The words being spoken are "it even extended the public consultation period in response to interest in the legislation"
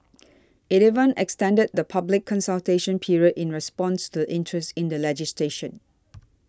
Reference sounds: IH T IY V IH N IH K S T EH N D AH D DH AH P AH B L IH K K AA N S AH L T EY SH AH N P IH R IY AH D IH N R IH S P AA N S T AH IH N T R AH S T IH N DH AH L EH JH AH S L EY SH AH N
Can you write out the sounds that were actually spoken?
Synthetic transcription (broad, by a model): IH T IY V IH N IH K S T EH N D AH D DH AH P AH B L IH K K AA N S AH L T EY SH AH N P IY R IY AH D IH N R IH S P AA N S T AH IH N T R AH S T IH N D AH L EH JH AH S L EY SH AH N